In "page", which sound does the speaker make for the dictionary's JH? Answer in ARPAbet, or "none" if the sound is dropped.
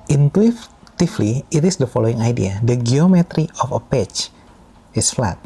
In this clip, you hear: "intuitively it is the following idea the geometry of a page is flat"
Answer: CH